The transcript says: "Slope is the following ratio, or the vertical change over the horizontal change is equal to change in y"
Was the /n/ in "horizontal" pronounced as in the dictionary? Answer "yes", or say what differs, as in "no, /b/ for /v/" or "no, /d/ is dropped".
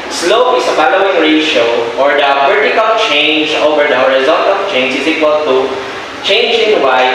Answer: no, /l/ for /n/